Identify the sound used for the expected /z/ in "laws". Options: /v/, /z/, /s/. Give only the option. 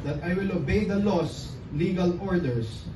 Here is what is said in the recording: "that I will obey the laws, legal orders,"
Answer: /s/